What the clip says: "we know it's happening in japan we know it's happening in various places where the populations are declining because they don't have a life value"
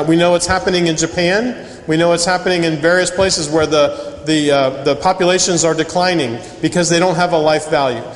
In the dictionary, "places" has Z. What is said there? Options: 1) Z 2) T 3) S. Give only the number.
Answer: 1